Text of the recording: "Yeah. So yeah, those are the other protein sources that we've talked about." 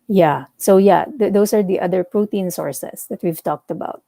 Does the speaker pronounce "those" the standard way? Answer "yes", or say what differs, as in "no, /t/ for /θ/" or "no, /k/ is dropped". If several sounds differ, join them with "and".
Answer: no, /s/ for /z/